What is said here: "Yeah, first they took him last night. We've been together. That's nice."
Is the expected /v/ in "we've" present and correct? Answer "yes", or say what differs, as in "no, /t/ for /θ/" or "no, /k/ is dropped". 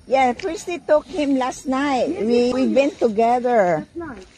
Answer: no, /w/ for /v/